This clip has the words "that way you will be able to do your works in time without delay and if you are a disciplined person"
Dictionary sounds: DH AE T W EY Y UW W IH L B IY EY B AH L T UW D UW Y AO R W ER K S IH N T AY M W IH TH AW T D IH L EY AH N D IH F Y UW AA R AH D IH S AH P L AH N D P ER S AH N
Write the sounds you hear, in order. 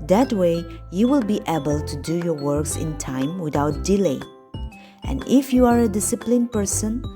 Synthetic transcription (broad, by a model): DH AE T W EY Y UW W IH L B IY EY B AH L T UW D UW Y AO R W ER K S IH N T AY M W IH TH AW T D IH L EY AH N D IH F Y UW AA R AH D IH S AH P L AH N P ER S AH N